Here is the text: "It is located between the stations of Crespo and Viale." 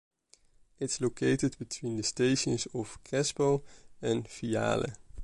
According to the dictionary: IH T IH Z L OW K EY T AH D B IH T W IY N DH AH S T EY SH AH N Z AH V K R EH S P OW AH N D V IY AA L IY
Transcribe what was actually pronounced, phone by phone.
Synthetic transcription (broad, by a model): IH T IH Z L OW K EY T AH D B IH T W IY N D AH S T EY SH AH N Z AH F K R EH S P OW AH N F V IY AA L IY